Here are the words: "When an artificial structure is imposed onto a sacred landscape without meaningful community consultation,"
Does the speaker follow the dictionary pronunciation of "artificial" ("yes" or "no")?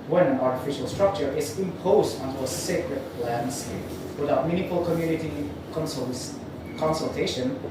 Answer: yes